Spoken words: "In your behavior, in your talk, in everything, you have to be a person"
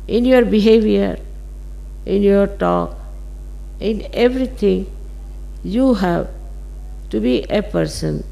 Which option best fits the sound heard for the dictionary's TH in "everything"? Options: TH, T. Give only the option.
T